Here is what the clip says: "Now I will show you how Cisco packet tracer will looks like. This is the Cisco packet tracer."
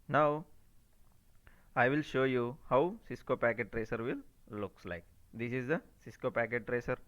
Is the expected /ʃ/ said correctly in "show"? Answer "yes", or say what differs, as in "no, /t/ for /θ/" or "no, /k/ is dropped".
yes